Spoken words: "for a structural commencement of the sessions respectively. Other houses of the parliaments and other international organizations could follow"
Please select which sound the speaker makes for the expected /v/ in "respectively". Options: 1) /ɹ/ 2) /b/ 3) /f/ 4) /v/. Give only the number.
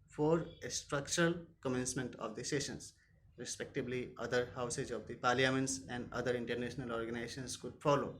2